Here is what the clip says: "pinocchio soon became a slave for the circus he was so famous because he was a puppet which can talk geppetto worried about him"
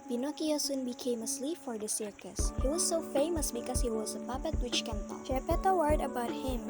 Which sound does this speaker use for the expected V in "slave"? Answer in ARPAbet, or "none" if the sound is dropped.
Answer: P